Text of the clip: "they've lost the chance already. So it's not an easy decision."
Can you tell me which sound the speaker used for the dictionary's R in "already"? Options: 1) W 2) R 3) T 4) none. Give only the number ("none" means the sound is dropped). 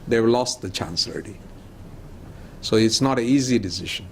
4